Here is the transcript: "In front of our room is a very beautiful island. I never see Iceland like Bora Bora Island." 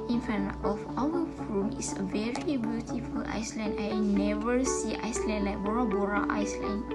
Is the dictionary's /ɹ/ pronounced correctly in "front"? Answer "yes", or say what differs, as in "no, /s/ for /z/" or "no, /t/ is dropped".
no, /ɹ/ is dropped